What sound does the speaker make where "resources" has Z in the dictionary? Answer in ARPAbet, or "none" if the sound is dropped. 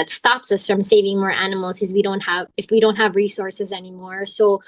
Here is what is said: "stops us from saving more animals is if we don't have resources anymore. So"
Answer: Z